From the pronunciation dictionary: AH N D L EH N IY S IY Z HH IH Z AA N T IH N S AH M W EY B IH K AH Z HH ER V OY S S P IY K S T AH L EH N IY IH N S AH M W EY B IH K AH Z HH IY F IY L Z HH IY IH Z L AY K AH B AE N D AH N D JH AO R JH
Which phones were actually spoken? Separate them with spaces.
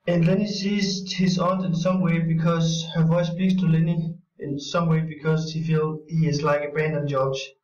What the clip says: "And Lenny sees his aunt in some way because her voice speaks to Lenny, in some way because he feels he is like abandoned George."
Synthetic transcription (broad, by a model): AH N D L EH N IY S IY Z HH IH Z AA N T IH N S AH M W EY B IH K AH Z HH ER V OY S S P IY K S T AH L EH N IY IH N S AH M W EY B IH K AH Z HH IY F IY L HH IY IH Z L AY K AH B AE N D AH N JH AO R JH